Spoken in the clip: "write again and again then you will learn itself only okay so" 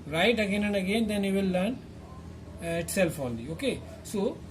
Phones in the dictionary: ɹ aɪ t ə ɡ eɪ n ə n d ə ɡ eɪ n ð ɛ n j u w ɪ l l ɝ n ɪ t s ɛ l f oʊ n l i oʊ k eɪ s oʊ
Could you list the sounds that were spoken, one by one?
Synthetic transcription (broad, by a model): ɹ aɪ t ə ɡ eɪ n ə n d ə ɡ eɪ n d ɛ n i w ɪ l l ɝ n ɪ t s ɛ l f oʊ l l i oʊ k eɪ s oʊ